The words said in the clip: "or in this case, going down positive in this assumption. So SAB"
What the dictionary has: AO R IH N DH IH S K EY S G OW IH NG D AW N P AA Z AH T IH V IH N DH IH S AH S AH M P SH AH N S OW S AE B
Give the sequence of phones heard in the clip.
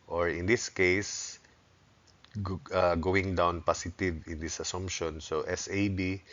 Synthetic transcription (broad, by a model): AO R IH N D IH S K EY S G OW IH NG D AW N P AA S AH T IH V IH N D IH S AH S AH M P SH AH N S OW S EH B